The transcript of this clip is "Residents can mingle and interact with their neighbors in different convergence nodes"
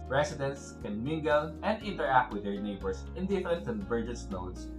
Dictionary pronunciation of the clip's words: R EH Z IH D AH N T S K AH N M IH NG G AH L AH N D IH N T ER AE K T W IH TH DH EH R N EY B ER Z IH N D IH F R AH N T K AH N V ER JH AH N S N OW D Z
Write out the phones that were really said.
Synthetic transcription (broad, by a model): R EH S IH D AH N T S K AH N M IH NG G AH L AH N D IH N T ER AE K T W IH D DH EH R N EY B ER S IH N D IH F AH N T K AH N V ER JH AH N S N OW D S